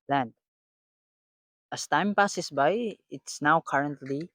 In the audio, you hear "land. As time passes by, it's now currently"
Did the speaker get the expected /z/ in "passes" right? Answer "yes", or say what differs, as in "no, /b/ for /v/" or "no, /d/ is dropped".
no, /s/ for /z/